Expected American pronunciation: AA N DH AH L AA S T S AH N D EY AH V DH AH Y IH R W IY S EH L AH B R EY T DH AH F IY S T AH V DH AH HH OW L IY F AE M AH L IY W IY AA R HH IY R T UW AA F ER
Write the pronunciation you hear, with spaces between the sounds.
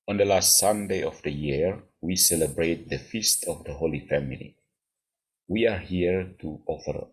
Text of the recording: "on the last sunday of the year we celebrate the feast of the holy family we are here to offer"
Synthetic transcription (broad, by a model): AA N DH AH L AA S T S AH N D EY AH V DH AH Y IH R W IY S EH L AH B R EY T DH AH F IY S T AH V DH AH HH OW L IY F AE M AH L IY W IY AA R HH IY R T UW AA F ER